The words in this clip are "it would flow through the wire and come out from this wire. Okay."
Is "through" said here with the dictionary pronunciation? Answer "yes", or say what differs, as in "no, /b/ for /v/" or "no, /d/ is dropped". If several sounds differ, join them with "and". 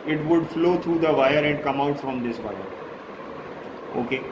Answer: no, /t/ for /θ/